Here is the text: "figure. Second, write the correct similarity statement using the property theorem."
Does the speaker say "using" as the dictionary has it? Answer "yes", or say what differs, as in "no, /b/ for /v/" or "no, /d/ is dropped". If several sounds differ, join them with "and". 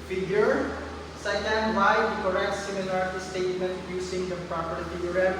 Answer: no, /s/ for /z/